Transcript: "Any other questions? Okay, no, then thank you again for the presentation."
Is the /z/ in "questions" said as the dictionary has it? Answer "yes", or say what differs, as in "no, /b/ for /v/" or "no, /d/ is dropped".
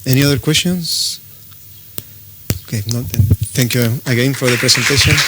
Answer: no, /s/ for /z/